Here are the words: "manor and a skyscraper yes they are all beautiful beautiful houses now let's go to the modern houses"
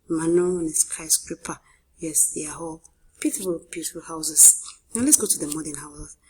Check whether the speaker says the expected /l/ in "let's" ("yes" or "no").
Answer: yes